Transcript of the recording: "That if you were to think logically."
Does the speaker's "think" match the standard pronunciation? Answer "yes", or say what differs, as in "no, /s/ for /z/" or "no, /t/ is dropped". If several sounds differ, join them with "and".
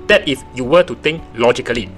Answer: no, /t/ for /θ/